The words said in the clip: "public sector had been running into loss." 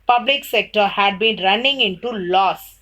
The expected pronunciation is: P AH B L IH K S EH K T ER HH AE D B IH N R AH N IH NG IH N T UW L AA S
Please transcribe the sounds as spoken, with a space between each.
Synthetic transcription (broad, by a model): P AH B L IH K S EH K T ER HH AE D B IH N R AH N IH NG IH N T UW L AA S